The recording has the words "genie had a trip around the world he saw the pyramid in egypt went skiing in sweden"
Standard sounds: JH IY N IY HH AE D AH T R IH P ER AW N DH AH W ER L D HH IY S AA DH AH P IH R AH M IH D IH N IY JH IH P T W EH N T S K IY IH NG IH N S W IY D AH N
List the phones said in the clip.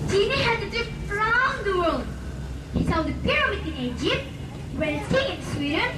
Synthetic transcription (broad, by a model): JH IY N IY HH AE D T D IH F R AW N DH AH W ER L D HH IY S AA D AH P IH R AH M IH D IH N IY JH IH P T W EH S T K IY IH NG IH N S W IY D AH N